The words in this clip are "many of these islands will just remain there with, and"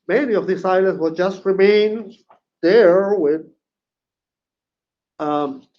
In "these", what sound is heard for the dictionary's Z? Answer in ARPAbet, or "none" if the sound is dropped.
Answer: S